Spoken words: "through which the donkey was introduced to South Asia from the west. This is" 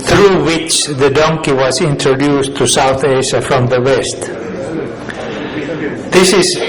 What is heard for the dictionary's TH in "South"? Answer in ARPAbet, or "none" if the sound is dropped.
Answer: TH